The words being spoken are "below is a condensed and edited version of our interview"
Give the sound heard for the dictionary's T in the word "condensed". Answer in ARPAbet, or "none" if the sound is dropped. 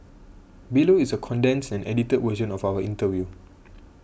none